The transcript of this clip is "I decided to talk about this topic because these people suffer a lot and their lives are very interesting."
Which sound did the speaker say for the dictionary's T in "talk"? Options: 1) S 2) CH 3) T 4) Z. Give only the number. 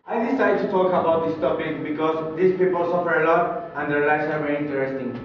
3